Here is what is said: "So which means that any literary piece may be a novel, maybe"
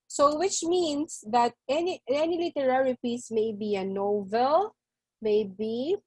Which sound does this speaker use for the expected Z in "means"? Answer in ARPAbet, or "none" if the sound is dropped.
S